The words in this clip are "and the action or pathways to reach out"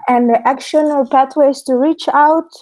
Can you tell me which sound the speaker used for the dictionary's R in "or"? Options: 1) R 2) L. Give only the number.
2